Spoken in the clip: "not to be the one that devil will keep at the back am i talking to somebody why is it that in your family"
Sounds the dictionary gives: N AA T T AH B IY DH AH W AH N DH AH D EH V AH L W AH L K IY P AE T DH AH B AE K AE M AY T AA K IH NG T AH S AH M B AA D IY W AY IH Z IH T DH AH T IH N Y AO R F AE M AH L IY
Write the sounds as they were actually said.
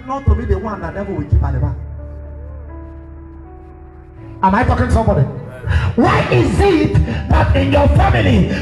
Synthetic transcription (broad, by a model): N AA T T AH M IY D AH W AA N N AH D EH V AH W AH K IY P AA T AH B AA AA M AY T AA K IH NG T S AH M B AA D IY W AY IH Z IH T DH AH T IH N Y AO F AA M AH L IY